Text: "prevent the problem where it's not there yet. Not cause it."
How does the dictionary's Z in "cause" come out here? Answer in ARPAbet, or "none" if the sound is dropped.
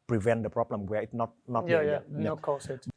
S